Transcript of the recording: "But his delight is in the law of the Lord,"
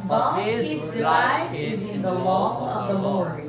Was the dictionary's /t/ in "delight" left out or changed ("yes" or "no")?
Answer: yes